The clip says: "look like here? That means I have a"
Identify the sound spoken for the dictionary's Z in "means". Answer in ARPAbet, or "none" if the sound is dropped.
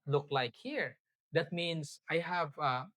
S